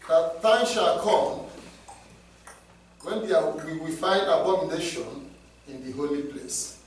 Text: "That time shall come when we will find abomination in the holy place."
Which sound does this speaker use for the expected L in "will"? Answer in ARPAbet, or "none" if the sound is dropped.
W